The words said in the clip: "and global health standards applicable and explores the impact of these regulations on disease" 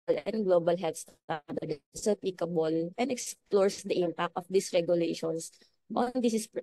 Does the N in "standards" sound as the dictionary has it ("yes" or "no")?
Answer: no